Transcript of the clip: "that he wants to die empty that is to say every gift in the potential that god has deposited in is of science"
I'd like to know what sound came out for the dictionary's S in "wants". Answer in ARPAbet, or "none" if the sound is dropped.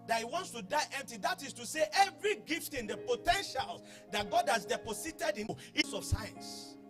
S